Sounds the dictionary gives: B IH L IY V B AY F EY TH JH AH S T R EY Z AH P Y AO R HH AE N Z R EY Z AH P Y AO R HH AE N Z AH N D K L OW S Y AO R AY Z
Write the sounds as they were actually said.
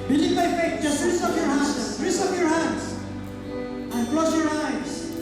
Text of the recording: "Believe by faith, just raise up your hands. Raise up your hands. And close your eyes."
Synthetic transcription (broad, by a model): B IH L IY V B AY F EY T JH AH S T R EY S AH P Y AO R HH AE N R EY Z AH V Y AO R HH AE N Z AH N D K L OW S Y AO R AY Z